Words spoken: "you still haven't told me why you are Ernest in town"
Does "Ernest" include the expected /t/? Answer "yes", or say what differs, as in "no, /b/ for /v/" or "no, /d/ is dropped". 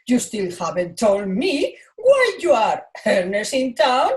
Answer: no, /t/ is dropped